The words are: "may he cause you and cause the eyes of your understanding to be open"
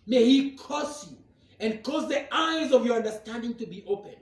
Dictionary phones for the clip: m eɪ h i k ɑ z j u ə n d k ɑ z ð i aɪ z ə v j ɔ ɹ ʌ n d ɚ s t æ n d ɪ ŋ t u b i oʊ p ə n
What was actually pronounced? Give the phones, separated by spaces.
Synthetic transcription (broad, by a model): m eɪ h i k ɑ s j u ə n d k ɑ z ð i aɪ z ə v j ɔ ɹ ʌ n d ɚ s t æ n d ɪ ŋ t u b i oʊ p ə n